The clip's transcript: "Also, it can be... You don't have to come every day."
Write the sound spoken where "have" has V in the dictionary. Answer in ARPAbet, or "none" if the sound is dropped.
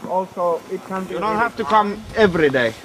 F